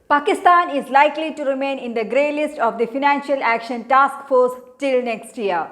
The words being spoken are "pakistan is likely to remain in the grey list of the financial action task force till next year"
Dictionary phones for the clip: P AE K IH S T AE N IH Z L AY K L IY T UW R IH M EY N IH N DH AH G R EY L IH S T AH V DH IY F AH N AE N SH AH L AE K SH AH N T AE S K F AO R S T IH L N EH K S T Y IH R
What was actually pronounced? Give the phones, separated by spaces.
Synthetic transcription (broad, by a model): P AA K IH S T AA N IH Z L AY K L IY T UW R IH M EY N IH N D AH G R EY L IH S T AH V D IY F AH N AE N SH AH L AE K SH AH N T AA S K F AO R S T IH L N EH K S T Y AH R